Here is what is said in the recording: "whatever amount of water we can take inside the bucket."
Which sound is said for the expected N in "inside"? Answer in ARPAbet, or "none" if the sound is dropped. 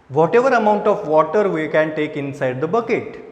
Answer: N